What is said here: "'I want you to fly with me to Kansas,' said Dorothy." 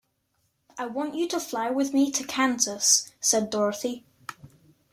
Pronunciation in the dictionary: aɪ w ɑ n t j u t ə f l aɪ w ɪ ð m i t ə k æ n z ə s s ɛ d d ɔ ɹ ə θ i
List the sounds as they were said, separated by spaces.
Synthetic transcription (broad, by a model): aɪ w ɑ n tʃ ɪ t ə f l aɪ w ɪ ð m i t ə k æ n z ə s s ɛ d d ɔ ɹ ə θ i